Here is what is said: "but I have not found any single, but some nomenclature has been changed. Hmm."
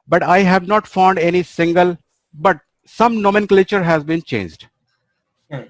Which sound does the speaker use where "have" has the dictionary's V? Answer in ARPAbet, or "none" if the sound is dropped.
V